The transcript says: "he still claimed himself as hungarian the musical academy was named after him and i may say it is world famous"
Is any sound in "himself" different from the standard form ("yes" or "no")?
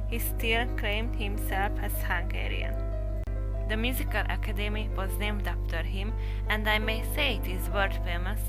no